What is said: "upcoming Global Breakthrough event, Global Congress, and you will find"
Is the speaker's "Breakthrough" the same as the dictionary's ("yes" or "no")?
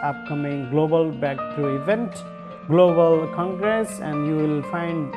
no